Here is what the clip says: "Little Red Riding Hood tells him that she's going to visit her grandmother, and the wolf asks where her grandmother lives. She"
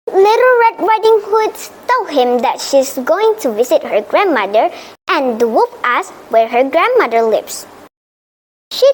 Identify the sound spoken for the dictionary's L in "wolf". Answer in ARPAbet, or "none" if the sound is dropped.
none